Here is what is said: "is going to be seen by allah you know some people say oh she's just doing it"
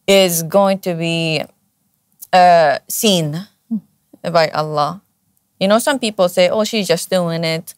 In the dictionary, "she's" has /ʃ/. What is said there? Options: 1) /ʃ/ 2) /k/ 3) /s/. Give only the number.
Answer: 1